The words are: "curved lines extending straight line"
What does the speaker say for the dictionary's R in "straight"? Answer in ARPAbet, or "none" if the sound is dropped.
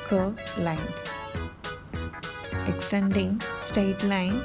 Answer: none